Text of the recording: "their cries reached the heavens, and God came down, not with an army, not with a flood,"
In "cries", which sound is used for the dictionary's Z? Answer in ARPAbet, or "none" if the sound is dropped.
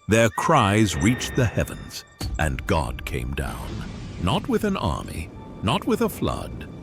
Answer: Z